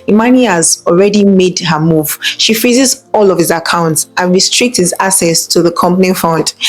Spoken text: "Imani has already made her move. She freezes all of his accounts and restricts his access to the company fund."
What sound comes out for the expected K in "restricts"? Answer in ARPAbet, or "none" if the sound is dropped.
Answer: K